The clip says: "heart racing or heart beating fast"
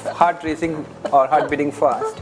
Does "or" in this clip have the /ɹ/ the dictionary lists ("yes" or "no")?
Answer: yes